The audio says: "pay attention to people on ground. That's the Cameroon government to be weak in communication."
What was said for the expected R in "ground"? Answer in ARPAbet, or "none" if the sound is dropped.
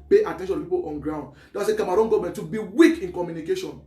R